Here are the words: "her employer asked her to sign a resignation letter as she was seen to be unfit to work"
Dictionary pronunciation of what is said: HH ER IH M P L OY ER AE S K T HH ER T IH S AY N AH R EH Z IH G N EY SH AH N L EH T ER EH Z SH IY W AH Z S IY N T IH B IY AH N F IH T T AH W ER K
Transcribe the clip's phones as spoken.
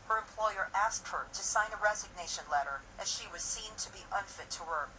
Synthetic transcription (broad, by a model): HH ER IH M P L OY ER AE S K T HH ER T IH S AY N AH R EH Z IH G N EY SH AH N L EH T ER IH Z SH IY W AH Z S IY N T IH B IY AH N F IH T T AH ER